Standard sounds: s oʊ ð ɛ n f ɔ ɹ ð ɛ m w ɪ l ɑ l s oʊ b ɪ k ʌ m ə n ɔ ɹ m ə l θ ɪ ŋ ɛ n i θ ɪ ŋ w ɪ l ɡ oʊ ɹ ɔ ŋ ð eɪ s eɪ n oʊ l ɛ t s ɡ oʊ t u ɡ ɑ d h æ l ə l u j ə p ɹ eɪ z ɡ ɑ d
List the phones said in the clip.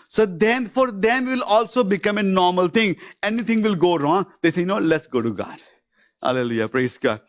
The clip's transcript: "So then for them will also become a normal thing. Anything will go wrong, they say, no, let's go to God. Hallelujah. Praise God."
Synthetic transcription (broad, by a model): s oʊ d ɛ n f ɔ ɹ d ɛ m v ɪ l ɑ l s oʊ b ɪ k ʌ m ə n ɔ ɹ m ə l t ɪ ŋ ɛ n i t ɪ ŋ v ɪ l ɡ oʊ ɹ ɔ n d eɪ s eɪ n oʊ l ɛ t s ɡ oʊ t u ɡ ɑ d h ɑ l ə l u j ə p ɹ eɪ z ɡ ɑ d